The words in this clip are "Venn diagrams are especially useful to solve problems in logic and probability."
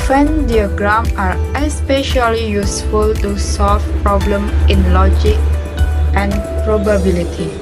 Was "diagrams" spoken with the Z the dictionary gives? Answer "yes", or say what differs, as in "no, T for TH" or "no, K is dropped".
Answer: no, Z is dropped